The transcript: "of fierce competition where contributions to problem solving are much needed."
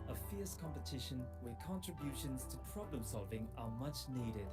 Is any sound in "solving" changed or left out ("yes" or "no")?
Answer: no